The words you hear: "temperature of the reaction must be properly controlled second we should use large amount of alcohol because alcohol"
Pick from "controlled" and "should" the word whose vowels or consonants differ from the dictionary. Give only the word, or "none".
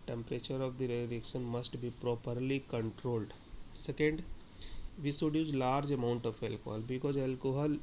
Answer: should